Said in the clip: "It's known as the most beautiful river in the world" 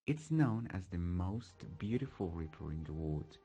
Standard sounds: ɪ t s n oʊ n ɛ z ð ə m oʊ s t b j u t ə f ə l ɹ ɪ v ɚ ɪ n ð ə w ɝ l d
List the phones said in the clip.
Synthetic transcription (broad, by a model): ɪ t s n oʊ n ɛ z ð ə m oʊ s t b j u t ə f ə l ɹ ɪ p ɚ ɪ n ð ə w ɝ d